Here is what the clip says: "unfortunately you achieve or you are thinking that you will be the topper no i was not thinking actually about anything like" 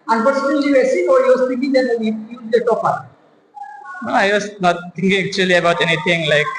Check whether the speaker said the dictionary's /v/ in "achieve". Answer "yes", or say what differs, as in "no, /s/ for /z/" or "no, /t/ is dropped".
no, /v/ is dropped